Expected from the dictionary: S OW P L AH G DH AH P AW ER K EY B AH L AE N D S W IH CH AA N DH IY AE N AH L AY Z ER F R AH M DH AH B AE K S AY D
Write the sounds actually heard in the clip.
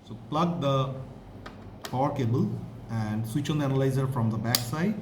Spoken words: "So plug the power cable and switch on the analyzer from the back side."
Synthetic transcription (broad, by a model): S OW P L AH G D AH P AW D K EY B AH L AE N D S W IH CH AA N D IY AE N AH L AY Z ER F R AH M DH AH B AE K S AY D